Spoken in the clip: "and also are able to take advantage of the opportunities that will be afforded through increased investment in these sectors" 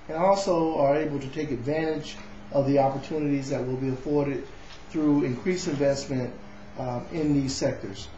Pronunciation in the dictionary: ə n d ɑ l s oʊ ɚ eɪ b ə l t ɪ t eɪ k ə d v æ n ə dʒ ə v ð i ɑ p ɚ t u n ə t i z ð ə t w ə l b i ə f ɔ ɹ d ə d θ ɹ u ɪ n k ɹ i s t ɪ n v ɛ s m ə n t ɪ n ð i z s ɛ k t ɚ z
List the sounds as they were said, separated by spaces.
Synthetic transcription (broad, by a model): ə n ɑ l s oʊ ɚ eɪ b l t ɪ t eɪ k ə d v æ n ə dʒ ə v ð i ɑ p ɚ t u n ə t i z ð ə t w ə l b i ə f ɔ ɹ d ə d θ ɹ u ɪ n k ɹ i s ɪ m v ɛ s m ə n t ɪ n ð i z s ɛ k t ɚ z